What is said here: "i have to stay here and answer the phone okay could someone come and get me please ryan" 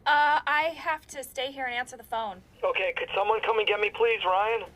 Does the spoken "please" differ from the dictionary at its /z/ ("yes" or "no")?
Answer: no